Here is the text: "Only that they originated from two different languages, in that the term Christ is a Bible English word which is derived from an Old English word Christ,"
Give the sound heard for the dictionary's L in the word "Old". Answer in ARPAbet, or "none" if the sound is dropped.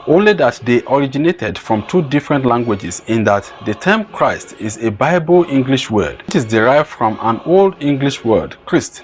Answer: L